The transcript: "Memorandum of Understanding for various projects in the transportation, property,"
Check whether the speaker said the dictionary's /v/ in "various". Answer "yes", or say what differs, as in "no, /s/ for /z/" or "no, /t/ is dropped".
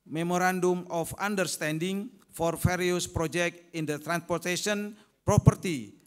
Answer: no, /f/ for /v/